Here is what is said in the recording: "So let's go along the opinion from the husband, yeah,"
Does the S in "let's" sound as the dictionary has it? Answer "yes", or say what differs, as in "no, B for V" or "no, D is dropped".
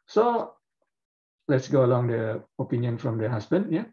yes